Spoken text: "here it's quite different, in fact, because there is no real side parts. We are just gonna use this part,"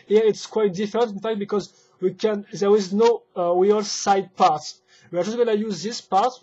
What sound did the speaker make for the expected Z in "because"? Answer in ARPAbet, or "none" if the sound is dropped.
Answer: Z